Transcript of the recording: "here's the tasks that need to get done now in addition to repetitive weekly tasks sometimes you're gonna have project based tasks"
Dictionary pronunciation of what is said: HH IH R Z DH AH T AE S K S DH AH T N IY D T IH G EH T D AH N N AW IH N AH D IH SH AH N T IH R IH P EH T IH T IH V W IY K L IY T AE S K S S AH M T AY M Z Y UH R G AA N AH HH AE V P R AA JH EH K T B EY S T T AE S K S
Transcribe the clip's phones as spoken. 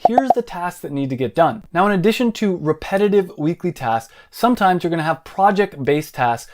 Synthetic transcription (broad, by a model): HH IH R Z DH AH T AE S K DH AH T N IY D T IH G EH T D AH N N AW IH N AH D IH SH AH N T IH R IH P EH T IH T IH V W IY K L IY T AE S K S S AH M T AY M Z Y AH R G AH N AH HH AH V P R AA JH EH K T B EY S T T AE S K